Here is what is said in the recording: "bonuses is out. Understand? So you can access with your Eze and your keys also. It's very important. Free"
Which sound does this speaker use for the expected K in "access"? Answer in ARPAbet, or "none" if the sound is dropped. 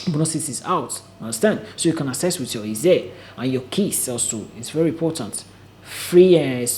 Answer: none